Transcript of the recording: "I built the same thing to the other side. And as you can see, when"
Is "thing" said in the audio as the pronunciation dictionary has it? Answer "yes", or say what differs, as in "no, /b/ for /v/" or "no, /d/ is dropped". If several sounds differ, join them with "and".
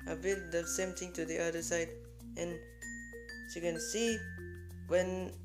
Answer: no, /t/ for /θ/